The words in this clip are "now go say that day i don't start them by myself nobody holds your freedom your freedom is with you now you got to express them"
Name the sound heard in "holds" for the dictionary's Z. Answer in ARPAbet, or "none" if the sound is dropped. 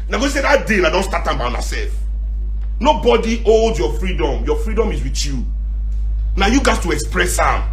none